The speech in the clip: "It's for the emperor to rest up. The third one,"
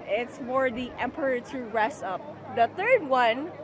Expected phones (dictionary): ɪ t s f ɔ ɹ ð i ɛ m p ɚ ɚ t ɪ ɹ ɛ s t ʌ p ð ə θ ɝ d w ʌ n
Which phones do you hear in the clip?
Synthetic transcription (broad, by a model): ɪ t s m ɔ ɹ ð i ɛ m p ɚ ɚ t ɪ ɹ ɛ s ʌ p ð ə θ ɝ d w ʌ n